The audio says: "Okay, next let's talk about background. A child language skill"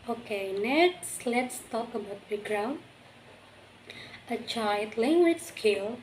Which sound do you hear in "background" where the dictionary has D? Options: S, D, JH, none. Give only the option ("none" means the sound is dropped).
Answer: none